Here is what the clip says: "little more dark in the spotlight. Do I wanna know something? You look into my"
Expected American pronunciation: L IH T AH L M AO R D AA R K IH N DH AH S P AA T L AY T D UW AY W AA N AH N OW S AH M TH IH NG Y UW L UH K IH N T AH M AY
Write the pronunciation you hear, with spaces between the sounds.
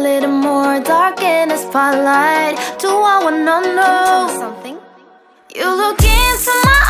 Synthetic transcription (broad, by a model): L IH T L M AO R D AA R K IH N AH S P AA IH L AY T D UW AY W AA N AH N OW S AH M TH IH NG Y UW L UH K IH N S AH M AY